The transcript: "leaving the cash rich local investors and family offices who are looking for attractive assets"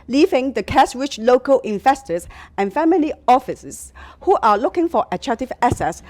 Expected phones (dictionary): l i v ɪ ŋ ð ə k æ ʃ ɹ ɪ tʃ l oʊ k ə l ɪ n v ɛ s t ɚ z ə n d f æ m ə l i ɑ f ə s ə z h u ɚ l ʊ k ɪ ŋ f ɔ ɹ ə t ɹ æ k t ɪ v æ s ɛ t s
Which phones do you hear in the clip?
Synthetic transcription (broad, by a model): l i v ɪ ŋ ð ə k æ s ɹ ɪ tʃ l oʊ k ə l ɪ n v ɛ s t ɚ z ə n f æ m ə l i ɑ f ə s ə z h u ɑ l ʊ k ɪ ŋ f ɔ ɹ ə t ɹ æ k t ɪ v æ s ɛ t s